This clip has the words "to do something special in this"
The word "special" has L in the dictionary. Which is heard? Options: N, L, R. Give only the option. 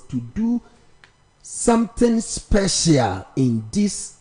L